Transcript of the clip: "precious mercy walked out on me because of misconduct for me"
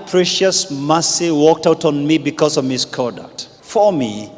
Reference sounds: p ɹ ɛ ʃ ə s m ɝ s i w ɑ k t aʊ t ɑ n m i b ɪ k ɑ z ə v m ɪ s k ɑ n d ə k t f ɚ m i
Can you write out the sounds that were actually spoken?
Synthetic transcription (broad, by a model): p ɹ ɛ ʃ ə s m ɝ s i w ɑ k t aʊ t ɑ n m i b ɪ k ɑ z ə v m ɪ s k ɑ d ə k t f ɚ m i